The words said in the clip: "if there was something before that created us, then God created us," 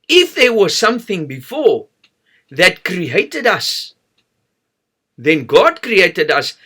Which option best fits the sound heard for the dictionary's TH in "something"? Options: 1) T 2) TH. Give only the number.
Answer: 2